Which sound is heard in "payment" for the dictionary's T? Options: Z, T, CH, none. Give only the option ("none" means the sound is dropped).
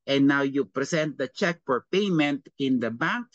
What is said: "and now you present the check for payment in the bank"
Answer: T